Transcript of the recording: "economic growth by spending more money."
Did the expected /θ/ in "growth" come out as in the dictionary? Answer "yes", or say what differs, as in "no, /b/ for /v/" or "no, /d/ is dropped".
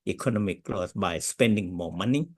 no, /s/ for /θ/